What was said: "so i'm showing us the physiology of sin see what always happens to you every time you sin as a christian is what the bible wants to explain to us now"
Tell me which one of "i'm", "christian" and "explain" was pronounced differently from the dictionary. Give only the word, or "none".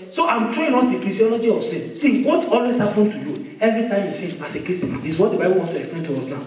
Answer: christian